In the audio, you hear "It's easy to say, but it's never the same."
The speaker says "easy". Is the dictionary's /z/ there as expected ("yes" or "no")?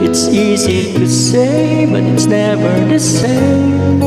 yes